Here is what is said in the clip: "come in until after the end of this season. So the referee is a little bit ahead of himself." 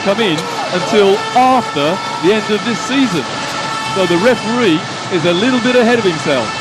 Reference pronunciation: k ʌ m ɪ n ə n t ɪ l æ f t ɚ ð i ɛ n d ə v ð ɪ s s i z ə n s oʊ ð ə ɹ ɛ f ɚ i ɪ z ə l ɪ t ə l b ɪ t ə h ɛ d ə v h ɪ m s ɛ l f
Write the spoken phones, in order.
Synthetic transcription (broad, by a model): k ʌ m ɪ n ə n t ɪ l æ f t ɚ ð i ɛ n d ə v ð ɪ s s i z ə n s oʊ ð ə ɹ ɛ f ɚ i ɪ z ə l ɪ t l b ɪ t ə h ɛ d ə v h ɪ m s ɛ l f